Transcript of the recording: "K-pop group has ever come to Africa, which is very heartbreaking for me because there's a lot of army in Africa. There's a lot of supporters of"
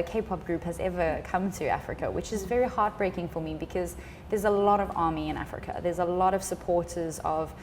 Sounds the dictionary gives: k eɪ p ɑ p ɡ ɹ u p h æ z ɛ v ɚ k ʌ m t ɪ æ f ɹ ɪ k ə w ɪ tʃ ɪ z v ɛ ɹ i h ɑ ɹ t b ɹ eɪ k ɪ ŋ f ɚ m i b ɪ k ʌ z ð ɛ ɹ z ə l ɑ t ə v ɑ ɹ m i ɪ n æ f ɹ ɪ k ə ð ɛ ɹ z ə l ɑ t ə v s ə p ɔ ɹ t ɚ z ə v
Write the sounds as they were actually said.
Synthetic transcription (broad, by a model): k eɪ p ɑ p ɡ ɹ u p h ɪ z ɛ v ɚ k ʌ m t ɪ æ f ɹ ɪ k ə w ɪ tʃ ɪ z v ɛ ɹ i h ɑ ɹ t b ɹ eɪ k ɪ ŋ f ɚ m i b ɪ k ʌ z ð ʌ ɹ z ə l ɑ t ə v ɑ ɹ m i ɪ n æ f ɹ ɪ k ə ð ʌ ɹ z ə l ɑ t ə v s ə p ɔ ɹ t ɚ z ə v